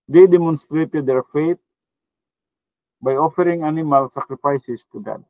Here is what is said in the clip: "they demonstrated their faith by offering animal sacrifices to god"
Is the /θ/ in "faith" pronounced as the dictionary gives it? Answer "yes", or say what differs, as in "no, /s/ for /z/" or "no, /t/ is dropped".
no, /t/ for /θ/